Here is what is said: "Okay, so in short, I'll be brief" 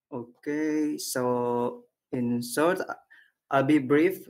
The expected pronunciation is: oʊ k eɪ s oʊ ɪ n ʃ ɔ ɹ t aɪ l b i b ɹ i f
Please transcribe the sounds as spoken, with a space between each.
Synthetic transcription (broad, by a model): oʊ k eɪ s oʊ ɪ n s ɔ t t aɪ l b i b ɹ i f